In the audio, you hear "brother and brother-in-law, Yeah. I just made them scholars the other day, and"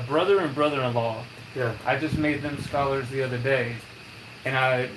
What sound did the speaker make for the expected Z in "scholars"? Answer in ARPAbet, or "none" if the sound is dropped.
Z